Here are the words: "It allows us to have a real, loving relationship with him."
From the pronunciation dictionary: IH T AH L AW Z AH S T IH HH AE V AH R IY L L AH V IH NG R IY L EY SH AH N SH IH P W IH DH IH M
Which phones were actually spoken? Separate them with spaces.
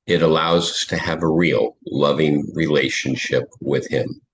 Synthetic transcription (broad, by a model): IH T AH L AW Z AH S T IH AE V AH R IY L L AH V IH NG R IY L EY SH AH N SH IH P W IH DH IH M